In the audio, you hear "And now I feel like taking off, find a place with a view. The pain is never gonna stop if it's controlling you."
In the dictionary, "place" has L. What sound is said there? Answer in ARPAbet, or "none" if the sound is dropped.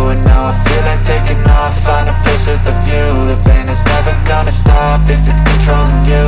none